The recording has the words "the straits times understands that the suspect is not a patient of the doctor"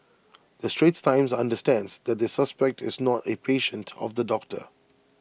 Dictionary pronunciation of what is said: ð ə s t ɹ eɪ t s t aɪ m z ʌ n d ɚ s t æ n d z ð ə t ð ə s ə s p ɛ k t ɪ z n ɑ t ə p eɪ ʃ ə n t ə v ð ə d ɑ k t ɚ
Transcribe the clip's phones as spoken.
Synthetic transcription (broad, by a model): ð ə s t ɹ eɪ t s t aɪ m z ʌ n d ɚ s t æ n d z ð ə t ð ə s ə s p ɛ k t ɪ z n ɑ t ə p eɪ ʃ ə n t ə v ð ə d ɑ k t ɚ